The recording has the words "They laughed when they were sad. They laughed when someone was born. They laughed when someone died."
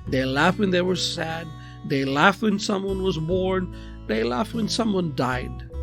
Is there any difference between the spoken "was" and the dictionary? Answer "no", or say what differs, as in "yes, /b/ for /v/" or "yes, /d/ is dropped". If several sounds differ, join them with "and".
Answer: no